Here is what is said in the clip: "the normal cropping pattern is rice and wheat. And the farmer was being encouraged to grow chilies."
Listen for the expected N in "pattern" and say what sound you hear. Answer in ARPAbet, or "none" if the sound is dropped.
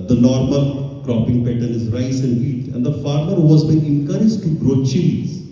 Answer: L